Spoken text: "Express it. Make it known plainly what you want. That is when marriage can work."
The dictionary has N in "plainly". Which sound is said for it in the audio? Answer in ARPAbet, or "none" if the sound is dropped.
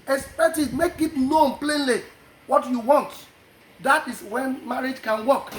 N